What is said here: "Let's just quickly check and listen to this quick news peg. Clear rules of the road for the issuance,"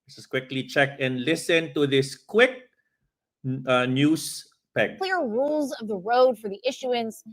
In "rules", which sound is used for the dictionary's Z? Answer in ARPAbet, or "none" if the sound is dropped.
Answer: Z